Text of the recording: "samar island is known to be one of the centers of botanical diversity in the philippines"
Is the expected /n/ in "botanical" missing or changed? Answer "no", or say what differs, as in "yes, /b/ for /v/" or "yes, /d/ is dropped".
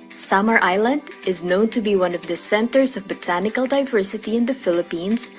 no